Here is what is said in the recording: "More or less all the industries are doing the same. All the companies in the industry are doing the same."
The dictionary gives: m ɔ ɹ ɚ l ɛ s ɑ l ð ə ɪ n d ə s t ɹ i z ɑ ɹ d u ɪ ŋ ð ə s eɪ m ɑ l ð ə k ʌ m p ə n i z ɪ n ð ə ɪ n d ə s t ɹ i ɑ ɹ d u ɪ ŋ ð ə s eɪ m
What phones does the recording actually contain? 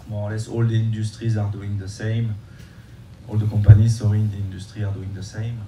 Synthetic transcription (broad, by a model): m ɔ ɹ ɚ l ɛ s ɑ l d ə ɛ n d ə s t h i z ɑ ɹ d u ɪ ŋ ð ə s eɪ m ɑ l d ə k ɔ p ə n i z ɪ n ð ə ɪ n d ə s t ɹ i ɑ ɹ d u ɪ ŋ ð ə s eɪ m